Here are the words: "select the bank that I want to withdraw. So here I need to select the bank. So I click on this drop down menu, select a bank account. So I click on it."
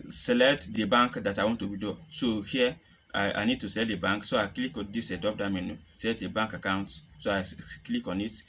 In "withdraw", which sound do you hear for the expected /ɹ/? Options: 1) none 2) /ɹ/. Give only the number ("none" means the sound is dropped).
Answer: 1